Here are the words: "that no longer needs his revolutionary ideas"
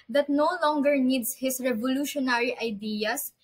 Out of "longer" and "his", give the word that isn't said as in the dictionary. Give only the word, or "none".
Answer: his